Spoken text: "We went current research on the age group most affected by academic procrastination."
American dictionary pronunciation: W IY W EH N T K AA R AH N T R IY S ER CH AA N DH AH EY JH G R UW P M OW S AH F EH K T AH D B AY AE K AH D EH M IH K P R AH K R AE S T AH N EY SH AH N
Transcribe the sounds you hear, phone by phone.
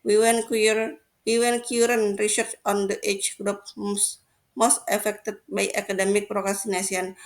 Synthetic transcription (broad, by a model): W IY W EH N K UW R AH N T R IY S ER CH AA N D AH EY CH G R UW P M OW S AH F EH K T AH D B AY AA K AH D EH M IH K P R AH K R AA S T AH N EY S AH N